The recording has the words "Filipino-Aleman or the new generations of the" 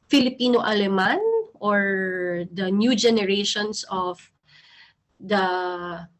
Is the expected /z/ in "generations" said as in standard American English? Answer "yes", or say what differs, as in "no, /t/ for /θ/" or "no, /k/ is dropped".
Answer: no, /s/ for /z/